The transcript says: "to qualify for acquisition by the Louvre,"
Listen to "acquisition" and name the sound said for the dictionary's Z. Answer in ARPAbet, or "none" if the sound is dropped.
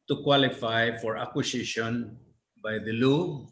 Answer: S